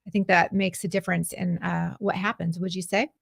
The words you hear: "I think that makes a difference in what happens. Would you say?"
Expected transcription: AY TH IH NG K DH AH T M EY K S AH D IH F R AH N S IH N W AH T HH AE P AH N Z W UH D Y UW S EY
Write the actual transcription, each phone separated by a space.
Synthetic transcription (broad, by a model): AY TH IH NG K DH AH T M EY K S AH D IH F R AH N S IH N W AH T HH AE P AH N Z W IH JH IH S EY